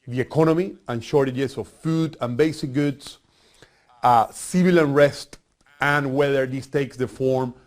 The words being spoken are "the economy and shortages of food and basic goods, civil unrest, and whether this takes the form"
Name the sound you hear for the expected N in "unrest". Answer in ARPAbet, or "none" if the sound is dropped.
N